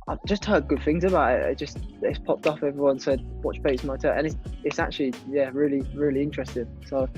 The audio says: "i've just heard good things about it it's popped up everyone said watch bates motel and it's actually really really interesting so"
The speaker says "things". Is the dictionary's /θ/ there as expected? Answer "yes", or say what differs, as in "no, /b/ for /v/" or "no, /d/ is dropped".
yes